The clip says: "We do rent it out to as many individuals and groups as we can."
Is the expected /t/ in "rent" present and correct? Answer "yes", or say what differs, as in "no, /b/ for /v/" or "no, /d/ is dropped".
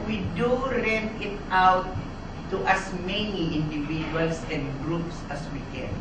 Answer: no, /t/ is dropped